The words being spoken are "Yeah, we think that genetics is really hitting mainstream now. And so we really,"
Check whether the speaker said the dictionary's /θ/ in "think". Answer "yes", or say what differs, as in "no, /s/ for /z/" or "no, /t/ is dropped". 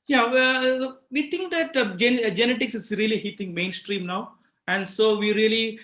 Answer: no, /t/ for /θ/